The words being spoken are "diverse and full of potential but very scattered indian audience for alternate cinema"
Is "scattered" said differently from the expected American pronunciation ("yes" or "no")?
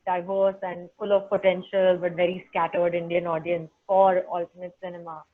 no